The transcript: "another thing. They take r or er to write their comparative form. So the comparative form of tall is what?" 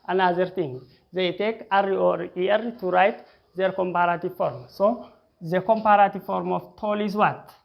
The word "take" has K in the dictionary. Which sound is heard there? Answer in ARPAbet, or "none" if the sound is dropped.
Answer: K